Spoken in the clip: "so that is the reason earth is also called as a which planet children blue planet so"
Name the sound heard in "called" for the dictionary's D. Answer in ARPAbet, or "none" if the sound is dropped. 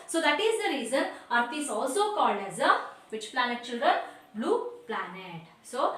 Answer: D